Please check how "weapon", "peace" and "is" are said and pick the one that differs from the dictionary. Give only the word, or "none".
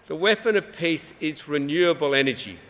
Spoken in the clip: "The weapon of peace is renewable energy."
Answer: none